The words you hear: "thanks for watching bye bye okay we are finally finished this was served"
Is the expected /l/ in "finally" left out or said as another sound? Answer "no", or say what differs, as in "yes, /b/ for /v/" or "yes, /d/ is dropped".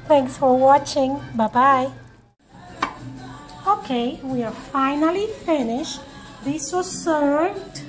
no